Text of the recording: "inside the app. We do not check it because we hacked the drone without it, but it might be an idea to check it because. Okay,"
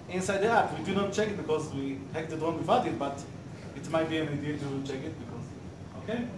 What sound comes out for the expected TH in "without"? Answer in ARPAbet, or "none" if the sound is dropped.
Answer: F